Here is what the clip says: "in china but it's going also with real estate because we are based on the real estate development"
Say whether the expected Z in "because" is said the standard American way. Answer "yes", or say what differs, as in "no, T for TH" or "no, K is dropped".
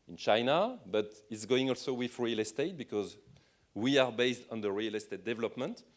yes